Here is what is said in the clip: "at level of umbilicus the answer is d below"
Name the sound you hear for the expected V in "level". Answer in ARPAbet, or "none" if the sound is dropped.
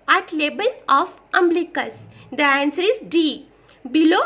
B